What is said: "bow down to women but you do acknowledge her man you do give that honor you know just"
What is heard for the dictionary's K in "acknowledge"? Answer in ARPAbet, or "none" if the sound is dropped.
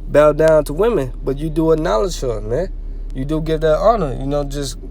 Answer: none